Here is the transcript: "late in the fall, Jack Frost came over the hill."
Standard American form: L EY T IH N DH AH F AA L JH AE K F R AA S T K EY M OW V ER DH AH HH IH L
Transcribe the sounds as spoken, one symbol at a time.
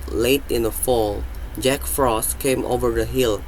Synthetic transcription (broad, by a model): L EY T IH N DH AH F AA L JH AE K F R AA S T K EY M OW V ER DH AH HH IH L